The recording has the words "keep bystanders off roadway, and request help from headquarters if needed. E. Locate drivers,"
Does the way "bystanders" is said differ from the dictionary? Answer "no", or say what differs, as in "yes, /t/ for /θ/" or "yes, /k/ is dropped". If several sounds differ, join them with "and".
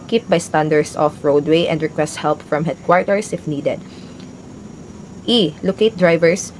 yes, /s/ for /z/